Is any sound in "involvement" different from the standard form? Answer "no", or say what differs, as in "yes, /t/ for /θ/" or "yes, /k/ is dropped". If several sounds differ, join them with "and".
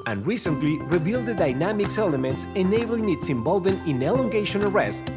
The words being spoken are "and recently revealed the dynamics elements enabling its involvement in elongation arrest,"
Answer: yes, /m/ is dropped